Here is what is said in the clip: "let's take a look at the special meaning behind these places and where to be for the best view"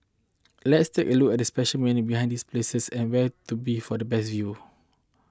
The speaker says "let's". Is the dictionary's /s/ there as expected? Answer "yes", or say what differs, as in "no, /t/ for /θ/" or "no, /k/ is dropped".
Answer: yes